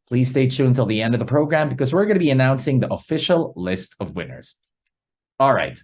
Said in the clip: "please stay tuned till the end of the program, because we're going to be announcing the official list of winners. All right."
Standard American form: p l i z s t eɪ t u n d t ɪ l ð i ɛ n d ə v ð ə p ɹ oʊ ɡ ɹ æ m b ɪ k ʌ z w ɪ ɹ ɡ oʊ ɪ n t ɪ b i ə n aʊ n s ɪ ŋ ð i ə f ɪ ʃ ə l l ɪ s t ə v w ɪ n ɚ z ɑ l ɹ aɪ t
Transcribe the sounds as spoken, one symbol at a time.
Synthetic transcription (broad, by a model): p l i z s t eɪ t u n t ɪ l ð i ɛ n d ə v ð ə p ɹ oʊ ɡ ɹ æ m b ɪ k ʌ z w ɪ ɹ ɡ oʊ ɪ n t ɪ b i ə n aʊ n s ɪ ŋ ð i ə f ɪ ʃ l l ɪ s t ə v w ɪ n ɚ z ɑ l ɹ aɪ t